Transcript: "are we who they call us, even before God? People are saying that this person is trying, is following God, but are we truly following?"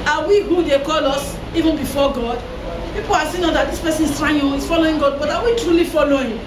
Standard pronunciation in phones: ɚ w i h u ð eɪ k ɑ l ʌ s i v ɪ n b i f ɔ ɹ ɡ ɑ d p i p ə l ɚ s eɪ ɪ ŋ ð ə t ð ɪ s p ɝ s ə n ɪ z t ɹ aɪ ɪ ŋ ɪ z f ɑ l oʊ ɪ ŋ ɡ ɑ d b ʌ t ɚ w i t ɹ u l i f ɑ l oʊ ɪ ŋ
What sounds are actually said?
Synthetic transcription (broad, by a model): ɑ w i h u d eɪ k ɑ l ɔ s i v ɪ n b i f ɔ ɡ ɑ d p i p ə l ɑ s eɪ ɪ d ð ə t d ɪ s p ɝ s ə n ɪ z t ɹ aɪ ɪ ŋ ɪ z f ɑ l oʊ ɪ ŋ ɡ ɑ d b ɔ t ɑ w i t ɹ u l i f ɑ l oʊ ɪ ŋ